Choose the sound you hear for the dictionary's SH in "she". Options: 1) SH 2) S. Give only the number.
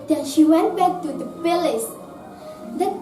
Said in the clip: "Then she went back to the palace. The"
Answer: 1